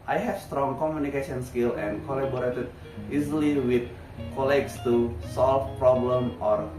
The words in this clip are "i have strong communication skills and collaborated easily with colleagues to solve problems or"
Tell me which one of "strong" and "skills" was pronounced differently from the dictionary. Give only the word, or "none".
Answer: skills